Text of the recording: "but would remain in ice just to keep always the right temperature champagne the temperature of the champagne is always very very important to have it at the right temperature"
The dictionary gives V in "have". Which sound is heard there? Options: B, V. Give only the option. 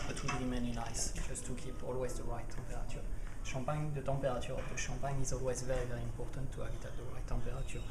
B